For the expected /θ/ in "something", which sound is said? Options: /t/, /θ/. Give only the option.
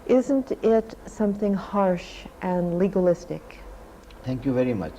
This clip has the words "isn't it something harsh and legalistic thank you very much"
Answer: /θ/